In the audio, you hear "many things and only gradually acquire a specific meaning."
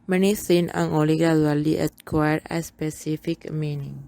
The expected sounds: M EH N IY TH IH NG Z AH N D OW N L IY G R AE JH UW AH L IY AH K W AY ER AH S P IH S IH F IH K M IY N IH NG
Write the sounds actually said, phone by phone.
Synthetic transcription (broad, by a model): M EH N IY S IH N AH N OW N L IY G R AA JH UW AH L IY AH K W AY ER AH S P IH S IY F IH K M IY N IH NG